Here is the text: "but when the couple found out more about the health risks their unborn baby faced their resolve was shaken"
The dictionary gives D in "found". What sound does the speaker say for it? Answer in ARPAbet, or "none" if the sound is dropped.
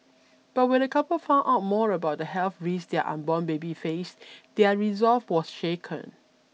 none